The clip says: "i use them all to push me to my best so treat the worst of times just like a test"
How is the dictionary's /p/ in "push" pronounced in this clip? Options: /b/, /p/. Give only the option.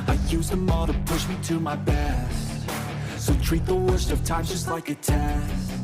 /p/